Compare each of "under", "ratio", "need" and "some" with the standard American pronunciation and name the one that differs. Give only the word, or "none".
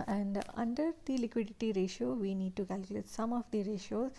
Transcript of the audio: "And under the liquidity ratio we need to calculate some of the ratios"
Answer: none